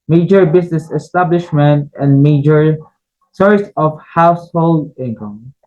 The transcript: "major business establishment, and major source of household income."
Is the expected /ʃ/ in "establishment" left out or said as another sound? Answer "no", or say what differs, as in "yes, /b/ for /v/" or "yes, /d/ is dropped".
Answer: no